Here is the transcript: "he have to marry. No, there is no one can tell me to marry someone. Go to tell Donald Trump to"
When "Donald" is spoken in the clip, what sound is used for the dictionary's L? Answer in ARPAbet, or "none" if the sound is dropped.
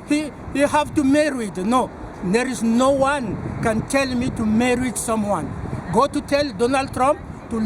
L